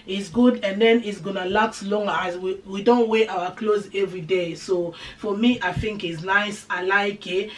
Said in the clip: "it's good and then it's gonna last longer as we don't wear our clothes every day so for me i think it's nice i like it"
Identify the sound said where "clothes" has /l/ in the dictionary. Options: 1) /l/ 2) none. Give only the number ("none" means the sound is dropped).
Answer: 1